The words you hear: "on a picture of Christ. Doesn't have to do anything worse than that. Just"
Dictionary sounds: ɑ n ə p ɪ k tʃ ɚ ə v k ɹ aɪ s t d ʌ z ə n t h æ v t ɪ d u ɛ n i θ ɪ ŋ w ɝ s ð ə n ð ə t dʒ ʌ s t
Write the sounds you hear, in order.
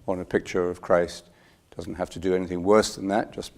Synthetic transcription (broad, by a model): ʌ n ə p ɪ k tʃ ɚ ə v k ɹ aɪ s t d ʌ z n t h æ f t ɪ d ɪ ɛ n i θ ɪ ŋ w ɝ s ð ə n ð ə t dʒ ʌ s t